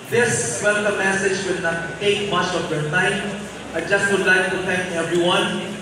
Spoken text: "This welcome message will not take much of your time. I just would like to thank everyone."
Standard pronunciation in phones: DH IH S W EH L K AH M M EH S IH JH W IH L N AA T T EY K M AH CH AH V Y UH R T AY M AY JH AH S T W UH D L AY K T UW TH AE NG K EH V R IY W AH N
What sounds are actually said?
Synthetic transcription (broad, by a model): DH IH S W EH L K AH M M EH S IH JH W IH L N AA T T EY K M AH CH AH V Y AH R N AY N AY JH AH S T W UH D L AY K T UW T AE NG K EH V R IY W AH N